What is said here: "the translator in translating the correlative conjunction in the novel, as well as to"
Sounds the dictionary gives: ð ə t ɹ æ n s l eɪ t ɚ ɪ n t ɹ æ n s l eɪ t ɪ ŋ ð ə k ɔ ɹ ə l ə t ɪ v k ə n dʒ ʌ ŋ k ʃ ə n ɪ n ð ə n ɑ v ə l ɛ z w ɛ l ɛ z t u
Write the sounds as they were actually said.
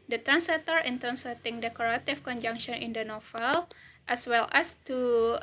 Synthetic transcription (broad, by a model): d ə t ɹ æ n s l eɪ t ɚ ɪ n t ɹ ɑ n s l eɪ t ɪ ŋ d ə k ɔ ɹ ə t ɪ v k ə n dʒ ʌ ŋ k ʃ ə n ɪ n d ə n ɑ f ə l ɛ s w ɛ l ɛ s t u